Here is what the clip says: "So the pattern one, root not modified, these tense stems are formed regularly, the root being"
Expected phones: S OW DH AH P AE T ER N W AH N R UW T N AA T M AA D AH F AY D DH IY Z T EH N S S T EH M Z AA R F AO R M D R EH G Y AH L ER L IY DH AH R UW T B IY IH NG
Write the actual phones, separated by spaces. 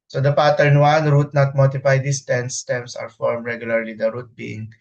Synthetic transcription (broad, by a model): S OW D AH P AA T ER N W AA N R UW T N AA T M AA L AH P AY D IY S T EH N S S T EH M S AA R F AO R M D R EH G Y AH L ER L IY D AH R UW T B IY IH NG